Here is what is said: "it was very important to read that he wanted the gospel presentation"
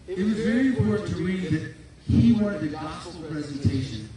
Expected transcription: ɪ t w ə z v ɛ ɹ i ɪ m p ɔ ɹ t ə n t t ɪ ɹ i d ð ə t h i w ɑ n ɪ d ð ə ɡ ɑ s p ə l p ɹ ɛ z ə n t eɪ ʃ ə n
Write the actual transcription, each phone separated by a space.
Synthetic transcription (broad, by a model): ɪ t w ə z v ɛ ɹ i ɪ m p ɔ ɹ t n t t ɪ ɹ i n ð ə t h i w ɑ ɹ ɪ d ð ə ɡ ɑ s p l p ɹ ɛ z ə n t eɪ ʃ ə n